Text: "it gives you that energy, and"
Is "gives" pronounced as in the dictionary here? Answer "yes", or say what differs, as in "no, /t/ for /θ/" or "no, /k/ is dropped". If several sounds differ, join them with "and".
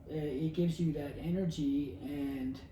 yes